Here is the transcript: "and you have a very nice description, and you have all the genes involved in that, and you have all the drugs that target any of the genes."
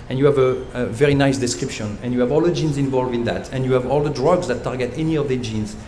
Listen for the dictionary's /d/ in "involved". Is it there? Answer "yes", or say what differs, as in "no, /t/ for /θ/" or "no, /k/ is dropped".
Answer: no, /d/ is dropped